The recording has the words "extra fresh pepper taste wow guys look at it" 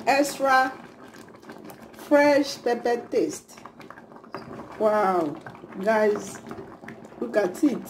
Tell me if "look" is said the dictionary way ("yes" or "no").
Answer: no